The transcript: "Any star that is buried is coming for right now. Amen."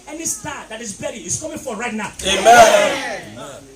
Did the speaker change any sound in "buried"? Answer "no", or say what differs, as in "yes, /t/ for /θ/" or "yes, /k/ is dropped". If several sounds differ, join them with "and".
yes, /d/ is dropped